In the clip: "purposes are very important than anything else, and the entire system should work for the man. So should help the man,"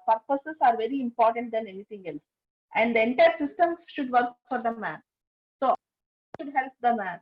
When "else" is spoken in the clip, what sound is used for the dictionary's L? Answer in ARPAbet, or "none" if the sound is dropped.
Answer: L